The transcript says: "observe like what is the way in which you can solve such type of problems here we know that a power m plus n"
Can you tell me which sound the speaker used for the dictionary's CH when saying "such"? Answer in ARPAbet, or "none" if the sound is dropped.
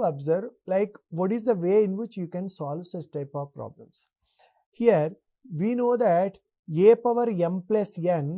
S